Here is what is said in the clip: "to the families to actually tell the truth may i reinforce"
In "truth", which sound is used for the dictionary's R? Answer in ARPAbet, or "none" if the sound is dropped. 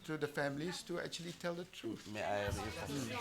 R